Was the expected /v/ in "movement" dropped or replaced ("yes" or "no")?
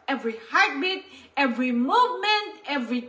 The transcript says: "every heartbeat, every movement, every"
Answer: no